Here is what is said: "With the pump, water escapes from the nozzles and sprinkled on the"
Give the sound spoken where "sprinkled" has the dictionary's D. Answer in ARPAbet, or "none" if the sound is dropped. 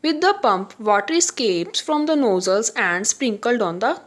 D